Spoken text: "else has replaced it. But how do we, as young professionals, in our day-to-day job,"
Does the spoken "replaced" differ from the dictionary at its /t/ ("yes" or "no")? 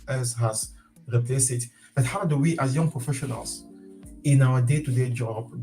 yes